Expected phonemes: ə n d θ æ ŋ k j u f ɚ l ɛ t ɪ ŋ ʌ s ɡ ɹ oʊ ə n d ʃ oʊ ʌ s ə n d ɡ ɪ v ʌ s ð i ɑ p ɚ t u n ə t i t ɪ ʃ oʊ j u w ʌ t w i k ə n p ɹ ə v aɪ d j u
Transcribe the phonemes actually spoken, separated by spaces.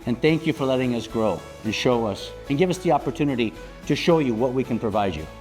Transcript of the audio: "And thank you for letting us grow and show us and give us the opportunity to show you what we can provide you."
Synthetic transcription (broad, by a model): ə n θ æ ŋ k j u f ɚ l ɛ t ɪ ŋ ʌ s ɡ ɹ oʊ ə n ʃ oʊ ʌ s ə n ɡ ɪ v ʌ s ð i ɑ p ɚ t u n ə t i t ɪ ʃ oʊ j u w ʌ t w i k ə n p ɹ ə v aɪ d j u